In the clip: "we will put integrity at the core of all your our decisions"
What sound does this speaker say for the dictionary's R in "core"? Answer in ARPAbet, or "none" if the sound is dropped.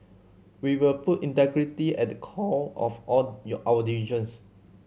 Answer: L